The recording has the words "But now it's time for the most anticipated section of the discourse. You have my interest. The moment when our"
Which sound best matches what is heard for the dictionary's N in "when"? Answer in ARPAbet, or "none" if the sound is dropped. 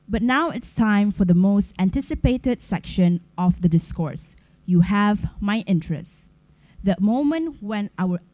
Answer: N